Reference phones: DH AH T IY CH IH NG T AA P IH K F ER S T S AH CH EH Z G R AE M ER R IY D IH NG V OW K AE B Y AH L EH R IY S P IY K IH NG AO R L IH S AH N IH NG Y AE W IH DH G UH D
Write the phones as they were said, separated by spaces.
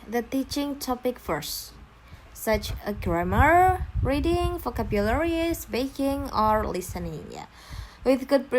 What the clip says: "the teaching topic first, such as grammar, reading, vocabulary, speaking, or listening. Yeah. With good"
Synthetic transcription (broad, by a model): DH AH T IY CH IH NG T AA P IH K F ER S T S AH CH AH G R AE M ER R IY D IH NG F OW K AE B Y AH L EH R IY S B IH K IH NG AO R L IH S AH N IH NG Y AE W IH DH G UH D